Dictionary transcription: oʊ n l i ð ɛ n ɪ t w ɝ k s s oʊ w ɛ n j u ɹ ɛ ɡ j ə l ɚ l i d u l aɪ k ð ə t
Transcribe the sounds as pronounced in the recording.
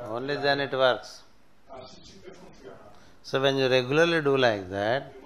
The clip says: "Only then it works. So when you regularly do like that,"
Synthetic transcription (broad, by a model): oʊ n l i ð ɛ n ɪ t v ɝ k s s oʊ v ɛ n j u ɹ ɛ ɡ j ə l ɚ l i d u l aɪ k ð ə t